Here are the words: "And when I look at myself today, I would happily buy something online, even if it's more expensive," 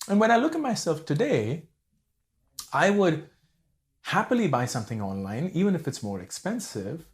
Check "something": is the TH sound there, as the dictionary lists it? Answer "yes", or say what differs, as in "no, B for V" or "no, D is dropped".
yes